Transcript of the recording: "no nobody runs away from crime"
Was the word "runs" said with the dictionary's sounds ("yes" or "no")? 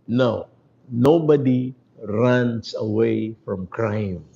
no